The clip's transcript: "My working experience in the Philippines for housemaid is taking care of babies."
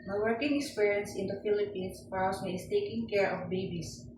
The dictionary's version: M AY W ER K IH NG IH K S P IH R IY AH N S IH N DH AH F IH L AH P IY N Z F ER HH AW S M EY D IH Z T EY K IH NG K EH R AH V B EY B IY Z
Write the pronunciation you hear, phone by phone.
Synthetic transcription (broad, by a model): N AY W ER K IH NG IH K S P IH R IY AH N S IH N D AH F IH L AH P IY N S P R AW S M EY IH S T EY K IH NG K EH R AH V B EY B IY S